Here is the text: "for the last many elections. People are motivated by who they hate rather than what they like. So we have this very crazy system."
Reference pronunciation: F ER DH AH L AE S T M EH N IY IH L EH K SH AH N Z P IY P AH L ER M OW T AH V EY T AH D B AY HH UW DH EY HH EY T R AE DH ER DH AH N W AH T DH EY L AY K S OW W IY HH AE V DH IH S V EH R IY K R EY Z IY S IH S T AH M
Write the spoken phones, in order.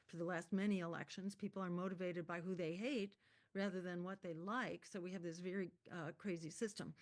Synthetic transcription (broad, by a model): F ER DH AH L AE S T M EH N IY IH L EH K SH AH N Z P IY P L ER M OW T AH V EY T AH D B AY HH UW DH EY HH EY T R AE DH ER DH AH N W AH T DH EY L AY K S OW W IY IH V DH IH S V EH R IY K R EY Z IY S IH S T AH M